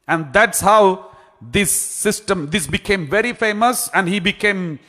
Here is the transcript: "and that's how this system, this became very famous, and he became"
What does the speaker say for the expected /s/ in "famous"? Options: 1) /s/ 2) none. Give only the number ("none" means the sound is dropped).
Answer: 1